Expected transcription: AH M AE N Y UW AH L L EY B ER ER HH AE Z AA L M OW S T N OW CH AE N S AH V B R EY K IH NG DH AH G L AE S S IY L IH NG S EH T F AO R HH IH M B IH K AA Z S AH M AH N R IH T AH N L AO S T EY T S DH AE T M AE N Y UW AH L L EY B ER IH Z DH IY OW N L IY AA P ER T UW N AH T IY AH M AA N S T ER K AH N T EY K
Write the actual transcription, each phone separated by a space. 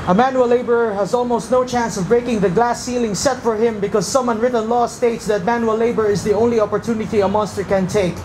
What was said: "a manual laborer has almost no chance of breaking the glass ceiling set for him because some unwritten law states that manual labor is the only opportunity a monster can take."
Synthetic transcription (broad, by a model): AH M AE N Y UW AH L L EY B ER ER HH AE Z AA L M OW S T N OW CH AE N S AH V B R EY K IH NG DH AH G L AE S S IY L IH NG S EH T F AO R HH IH M B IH K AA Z S AH M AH N R IH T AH N L AO S T EY T S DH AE T M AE N Y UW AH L L EY B ER IH Z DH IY OW N L IY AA P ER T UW N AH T IY AH M AA N S T ER K AH N T EY K